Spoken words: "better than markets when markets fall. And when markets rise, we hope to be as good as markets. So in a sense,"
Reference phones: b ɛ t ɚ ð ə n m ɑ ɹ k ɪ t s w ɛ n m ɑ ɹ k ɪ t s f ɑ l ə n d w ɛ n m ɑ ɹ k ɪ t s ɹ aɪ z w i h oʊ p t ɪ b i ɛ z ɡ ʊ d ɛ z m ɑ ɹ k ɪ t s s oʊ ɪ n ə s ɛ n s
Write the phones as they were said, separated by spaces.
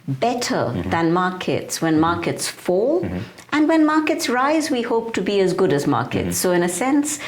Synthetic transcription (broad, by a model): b ɛ t ɚ ð ə n m ɑ ɹ k ɪ t s w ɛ n m ɑ ɹ k ɪ t s f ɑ l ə n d w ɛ n m ɑ ɹ k ɪ t s ɹ aɪ z w i h oʊ p t ɪ b i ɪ z ɡ ʊ d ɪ z m ɑ ɹ k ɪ t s s oʊ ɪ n ə s ɛ n s